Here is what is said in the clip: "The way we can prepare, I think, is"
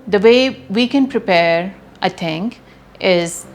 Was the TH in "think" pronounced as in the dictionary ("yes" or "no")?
no